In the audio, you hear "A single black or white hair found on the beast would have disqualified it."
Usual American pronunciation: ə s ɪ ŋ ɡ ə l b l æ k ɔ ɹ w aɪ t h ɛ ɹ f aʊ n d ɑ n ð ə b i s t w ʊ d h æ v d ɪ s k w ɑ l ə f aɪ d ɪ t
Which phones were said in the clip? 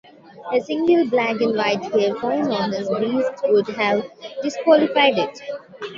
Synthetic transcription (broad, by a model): ə s ɪ ŋ ɡ ə l b l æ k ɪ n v aɪ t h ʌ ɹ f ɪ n ɑ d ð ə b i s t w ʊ d h æ v d ɪ s k w ɑ l ə f aɪ d ɪ t